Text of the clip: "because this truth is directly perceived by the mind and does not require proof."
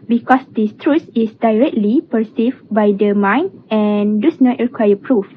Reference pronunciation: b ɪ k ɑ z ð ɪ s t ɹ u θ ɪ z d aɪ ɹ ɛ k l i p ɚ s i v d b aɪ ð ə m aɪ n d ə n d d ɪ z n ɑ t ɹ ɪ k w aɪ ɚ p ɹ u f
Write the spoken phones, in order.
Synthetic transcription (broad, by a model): b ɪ k ɑ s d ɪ s t ɹ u s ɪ s d aɪ ɹ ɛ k l i p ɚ s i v b aɪ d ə m aɪ n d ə n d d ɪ s n ɑ t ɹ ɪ k w aɪ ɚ p ɹ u f